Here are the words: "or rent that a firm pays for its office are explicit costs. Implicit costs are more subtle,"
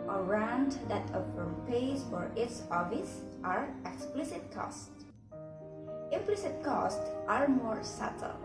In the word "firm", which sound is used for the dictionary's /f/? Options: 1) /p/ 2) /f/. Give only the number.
1